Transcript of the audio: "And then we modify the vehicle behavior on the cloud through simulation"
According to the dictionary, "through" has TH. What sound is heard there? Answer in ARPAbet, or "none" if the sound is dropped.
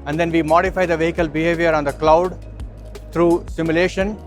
T